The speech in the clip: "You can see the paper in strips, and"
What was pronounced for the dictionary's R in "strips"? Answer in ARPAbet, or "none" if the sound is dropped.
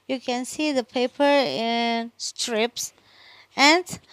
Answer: R